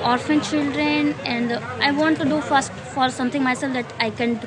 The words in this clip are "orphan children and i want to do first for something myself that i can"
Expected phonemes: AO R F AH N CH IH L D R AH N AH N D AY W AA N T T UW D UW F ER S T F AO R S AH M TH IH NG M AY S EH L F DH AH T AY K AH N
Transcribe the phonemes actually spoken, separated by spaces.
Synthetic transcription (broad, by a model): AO R F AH N CH IH L D R AH N AH N D AY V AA N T T UW D UW F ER S T F AO R S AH M T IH NG M AY S EH L F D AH T AY K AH N